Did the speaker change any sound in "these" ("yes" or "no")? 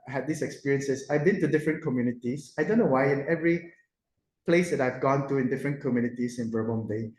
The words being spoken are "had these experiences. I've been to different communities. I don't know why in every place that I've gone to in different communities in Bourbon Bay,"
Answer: yes